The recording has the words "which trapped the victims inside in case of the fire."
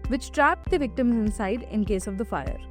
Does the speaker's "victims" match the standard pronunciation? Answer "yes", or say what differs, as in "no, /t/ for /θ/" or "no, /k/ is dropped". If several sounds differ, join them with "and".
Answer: yes